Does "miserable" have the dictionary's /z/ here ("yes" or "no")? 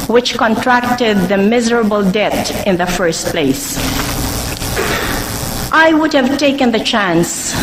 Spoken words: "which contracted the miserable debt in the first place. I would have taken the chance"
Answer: yes